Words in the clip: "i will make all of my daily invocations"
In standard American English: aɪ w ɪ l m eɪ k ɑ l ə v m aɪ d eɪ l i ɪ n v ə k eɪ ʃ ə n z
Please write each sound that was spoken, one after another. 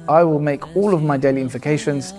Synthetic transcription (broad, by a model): aɪ w ɪ l m eɪ k ɑ l ə v m aɪ d eɪ l i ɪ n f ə k eɪ ʃ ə n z